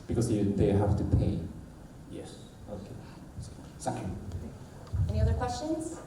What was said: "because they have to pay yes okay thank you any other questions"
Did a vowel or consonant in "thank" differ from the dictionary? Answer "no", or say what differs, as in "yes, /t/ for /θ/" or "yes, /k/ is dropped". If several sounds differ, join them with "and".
yes, /s/ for /θ/